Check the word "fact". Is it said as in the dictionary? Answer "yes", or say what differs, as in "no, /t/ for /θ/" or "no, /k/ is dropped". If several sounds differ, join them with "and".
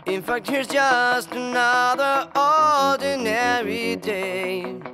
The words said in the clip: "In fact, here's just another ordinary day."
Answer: yes